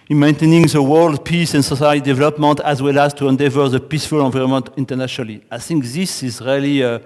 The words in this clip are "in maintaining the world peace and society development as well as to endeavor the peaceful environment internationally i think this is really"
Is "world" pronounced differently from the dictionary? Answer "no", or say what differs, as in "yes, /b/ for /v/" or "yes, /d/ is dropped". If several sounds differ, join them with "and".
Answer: no